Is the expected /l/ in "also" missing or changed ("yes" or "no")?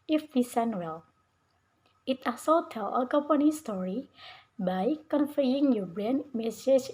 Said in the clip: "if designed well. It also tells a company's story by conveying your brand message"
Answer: yes